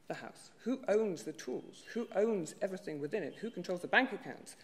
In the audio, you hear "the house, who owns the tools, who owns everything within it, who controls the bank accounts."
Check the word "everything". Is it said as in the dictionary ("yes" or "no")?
yes